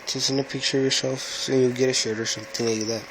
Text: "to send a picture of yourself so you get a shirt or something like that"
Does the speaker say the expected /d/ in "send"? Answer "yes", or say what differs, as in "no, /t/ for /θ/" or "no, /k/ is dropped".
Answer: no, /d/ is dropped